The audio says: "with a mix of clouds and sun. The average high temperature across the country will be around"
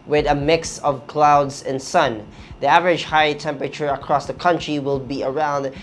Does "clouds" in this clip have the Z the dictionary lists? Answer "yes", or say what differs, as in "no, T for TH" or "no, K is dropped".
yes